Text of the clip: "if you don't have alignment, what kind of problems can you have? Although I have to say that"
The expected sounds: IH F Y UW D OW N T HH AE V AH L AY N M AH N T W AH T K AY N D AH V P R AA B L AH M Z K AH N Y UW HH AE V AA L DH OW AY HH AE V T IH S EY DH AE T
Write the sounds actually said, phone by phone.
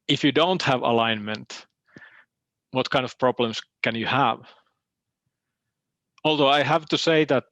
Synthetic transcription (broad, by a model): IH F Y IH D OW N T HH AE V AH L AY N M AH N T W AH T K AY N D AH V P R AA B L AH M S K AH N Y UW HH AE V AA L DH OW AY HH AE V T IH S EY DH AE T